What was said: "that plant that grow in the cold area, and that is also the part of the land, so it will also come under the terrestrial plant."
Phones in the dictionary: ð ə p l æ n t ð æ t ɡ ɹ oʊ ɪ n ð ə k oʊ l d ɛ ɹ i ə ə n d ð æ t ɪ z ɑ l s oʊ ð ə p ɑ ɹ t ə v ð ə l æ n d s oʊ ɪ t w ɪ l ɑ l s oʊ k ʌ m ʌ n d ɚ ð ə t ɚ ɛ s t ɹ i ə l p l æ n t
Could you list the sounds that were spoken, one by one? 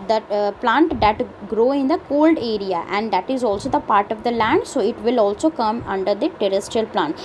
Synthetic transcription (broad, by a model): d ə p l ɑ n t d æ t ɡ ɹ oʊ ɪ n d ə k oʊ l d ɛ ɹ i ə ə n d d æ t ɪ z ɑ l s oʊ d ə p ɑ ɹ t ə v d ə l æ n d s oʊ ɪ t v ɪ l ɑ l s oʊ k ʌ m ʌ n d ɚ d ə t ɚ ɛ s t ɹ i ə l p l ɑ n t